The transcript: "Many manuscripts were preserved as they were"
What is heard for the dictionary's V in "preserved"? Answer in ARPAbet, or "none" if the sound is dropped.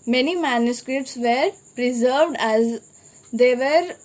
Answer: V